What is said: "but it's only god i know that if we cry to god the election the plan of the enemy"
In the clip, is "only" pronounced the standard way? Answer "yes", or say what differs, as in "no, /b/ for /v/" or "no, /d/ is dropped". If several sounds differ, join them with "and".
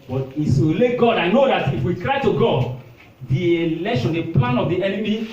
no, /n/ is dropped